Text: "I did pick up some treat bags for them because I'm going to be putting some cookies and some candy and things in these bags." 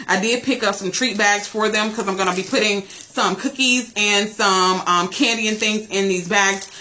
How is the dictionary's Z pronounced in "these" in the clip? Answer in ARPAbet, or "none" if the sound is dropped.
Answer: Z